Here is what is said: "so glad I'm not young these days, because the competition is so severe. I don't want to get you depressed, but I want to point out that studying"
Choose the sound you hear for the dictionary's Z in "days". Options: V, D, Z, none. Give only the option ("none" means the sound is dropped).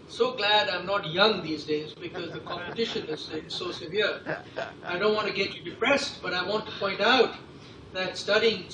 Z